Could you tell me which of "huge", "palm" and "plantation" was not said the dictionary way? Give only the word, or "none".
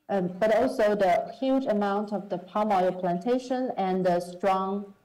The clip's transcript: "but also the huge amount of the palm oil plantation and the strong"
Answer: none